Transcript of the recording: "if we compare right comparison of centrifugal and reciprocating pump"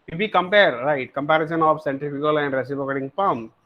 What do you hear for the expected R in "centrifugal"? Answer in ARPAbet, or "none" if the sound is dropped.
none